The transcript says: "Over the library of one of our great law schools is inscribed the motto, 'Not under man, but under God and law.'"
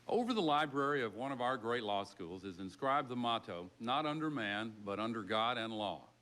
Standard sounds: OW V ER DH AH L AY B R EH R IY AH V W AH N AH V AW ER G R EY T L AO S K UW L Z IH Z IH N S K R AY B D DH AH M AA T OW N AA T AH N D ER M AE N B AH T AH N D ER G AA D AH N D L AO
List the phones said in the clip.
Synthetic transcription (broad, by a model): OW V ER DH AH L AY B R EH R IY AH V W AH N AH V AW ER G R EY T L AO S K UW L Z IH Z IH N S K R AY B DH AH M AA T OW N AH T AH N D ER M AE N B AH T AH N D ER G AA D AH N L AO